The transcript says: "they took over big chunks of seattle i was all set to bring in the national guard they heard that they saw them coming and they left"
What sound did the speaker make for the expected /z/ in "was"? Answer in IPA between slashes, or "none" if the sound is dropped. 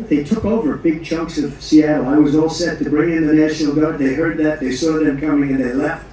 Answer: /z/